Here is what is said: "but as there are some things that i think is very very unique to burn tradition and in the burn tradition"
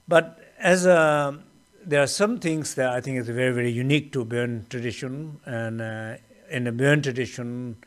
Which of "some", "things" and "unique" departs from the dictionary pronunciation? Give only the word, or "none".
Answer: things